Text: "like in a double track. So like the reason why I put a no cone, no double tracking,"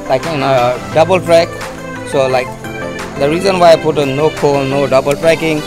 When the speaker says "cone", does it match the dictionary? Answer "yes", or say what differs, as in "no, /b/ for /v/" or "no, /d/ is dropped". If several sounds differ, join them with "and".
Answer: no, /l/ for /n/